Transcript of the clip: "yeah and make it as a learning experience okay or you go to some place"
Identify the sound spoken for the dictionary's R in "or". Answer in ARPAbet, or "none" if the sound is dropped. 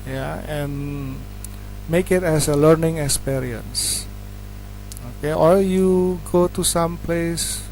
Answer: L